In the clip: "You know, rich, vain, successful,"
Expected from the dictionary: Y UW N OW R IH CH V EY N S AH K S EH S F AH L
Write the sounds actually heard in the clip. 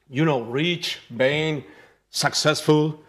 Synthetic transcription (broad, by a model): Y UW N OW R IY CH B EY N S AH K S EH S F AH L